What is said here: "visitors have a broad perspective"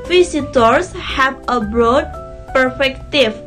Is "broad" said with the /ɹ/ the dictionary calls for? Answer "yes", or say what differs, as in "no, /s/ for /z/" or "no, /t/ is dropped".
yes